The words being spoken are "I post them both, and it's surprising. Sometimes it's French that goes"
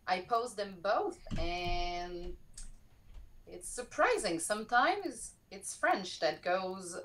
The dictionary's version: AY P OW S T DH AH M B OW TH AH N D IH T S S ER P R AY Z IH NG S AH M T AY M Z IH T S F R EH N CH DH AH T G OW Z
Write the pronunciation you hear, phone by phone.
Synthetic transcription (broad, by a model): AY P OW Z DH AH M B OW TH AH N IH T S S ER P R AY Z IH NG S AH M T AY M Z IH T S F R EH N CH DH AH T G OW Z